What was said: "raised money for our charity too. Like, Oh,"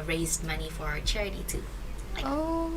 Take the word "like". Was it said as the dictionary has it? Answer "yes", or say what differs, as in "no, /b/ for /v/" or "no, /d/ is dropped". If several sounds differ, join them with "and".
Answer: no, /k/ is dropped